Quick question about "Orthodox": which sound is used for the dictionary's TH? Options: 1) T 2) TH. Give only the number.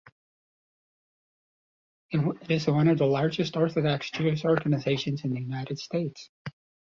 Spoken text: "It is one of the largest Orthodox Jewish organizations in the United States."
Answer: 2